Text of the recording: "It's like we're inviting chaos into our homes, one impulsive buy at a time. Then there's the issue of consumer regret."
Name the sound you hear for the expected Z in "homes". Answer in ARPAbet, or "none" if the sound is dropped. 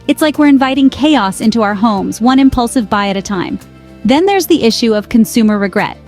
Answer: Z